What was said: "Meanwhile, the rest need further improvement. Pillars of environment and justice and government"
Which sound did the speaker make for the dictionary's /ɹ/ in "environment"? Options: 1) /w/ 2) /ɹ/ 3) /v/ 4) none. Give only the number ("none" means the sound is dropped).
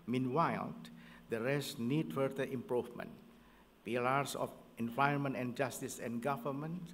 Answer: 4